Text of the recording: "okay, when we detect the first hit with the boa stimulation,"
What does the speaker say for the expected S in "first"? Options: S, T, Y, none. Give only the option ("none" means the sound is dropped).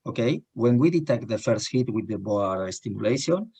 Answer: S